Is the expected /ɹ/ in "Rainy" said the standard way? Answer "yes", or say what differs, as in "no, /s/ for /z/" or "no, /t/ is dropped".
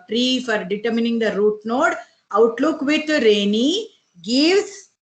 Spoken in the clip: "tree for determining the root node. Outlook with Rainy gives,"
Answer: yes